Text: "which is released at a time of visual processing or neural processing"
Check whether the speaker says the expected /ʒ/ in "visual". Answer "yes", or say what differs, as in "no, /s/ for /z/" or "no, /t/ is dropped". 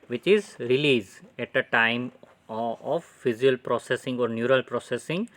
no, /z/ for /ʒ/